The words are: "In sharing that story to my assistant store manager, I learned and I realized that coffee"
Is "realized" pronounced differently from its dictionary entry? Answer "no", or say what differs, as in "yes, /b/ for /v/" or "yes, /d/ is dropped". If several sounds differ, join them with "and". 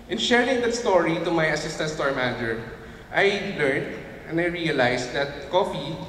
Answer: yes, /s/ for /z/